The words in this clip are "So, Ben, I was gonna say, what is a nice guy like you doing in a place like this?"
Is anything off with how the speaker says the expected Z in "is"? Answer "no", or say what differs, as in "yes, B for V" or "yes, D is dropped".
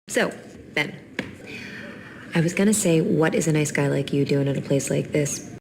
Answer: no